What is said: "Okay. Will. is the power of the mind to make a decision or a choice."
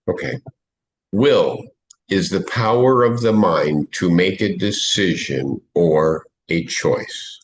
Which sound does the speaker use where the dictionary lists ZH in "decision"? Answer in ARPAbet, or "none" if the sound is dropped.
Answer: ZH